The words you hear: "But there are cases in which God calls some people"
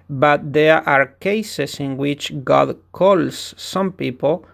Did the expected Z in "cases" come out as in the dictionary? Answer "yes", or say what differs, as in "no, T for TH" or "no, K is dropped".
no, S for Z